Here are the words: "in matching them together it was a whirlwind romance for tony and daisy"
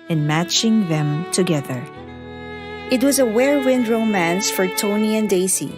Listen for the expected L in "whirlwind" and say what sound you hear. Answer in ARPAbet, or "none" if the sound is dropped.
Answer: none